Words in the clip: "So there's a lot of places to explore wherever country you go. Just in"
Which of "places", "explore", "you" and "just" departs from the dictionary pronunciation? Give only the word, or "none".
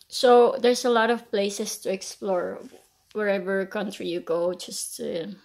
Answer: places